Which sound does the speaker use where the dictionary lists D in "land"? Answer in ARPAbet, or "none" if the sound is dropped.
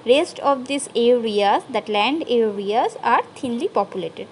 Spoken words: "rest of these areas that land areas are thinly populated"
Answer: D